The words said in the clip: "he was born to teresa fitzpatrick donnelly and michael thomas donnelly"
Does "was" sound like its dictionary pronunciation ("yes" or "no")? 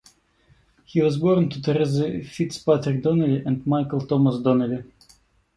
yes